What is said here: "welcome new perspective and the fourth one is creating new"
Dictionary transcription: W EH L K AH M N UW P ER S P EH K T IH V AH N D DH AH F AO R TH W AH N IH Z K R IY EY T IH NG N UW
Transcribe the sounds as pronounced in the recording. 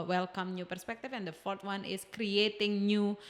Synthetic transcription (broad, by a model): W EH L K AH M N UW P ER S P EH K T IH F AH N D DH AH F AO R T W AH N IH S K R IY EY T IH NG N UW